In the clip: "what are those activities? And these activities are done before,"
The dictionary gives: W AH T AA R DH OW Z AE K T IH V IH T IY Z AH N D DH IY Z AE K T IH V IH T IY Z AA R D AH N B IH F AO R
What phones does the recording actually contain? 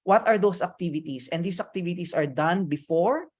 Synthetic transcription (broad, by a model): W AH T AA R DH OW S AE K T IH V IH T IY S AH N D IY S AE K T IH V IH T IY S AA R D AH N B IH F AO R